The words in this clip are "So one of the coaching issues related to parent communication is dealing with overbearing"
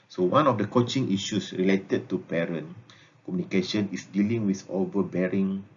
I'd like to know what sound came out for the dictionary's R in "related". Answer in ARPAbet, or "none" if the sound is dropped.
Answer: R